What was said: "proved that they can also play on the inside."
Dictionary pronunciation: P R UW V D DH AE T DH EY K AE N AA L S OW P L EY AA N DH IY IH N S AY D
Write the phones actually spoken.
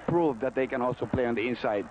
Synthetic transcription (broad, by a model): P R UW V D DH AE T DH EY K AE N AA L S OW P L EY AA N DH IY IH N S AY D